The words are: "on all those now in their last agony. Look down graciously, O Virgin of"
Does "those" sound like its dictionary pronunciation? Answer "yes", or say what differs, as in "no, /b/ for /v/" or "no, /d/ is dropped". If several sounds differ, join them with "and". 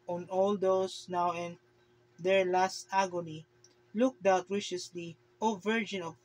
no, /s/ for /z/